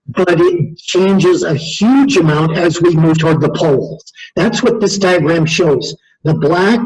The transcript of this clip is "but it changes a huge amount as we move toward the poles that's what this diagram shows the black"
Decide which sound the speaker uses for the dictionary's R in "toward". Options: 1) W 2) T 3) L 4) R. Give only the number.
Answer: 4